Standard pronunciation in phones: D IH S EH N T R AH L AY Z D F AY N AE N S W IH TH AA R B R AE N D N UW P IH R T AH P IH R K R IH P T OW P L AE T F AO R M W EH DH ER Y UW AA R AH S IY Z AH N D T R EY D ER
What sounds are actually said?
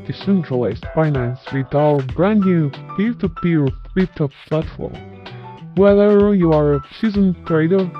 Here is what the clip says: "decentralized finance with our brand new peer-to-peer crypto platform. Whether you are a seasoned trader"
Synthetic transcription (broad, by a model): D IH S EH N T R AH L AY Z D F AY N AE N S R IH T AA L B R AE N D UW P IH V T AH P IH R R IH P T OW F L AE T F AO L W EH DH ER Y UW AA R AH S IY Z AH N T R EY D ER